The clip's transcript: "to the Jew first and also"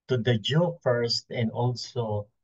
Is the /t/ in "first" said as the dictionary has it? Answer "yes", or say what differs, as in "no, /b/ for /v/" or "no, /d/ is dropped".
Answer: yes